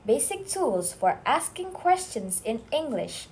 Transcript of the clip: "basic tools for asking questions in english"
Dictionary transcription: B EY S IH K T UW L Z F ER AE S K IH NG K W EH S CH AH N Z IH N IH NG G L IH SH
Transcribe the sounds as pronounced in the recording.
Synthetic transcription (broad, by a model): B EY S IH K T UW L Z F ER AE S K IH NG K W EH S CH AH N Z IH N IH NG G L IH SH